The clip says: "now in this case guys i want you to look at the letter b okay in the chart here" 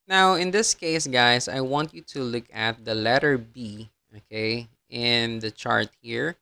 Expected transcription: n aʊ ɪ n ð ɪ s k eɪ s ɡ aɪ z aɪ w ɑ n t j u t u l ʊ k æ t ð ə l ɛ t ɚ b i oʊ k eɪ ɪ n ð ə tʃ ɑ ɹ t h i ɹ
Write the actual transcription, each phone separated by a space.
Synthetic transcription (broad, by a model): n aʊ ɪ n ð ɪ s k eɪ s ɡ aɪ s aɪ w ɑ n t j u t u l ʊ k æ t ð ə l ɛ t ɚ b i oʊ k eɪ ɪ n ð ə tʃ ɑ ɹ t h i ɹ